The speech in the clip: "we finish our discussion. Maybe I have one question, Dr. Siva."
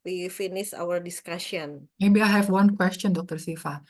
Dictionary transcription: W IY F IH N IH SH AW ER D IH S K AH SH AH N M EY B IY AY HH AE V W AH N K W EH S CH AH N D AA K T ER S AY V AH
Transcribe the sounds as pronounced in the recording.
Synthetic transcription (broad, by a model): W IY F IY N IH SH AW ER D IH S K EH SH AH N M EY B IY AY HH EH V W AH N K W EH S CH AH N D AA K T ER S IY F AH